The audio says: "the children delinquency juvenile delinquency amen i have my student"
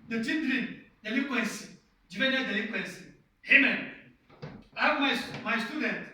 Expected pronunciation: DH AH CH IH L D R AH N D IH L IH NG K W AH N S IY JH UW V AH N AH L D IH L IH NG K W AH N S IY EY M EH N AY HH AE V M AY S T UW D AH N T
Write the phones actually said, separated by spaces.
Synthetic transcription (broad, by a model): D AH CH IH N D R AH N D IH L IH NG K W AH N S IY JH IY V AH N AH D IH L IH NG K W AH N S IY EY M EH N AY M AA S M AY S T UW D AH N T